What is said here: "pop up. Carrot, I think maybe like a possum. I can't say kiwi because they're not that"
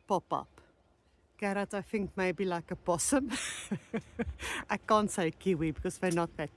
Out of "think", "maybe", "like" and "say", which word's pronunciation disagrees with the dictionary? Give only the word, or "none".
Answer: none